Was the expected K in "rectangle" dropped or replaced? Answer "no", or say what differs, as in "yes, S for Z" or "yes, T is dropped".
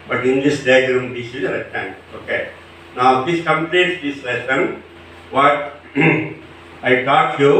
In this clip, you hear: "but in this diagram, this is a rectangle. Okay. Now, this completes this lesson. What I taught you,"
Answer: yes, K is dropped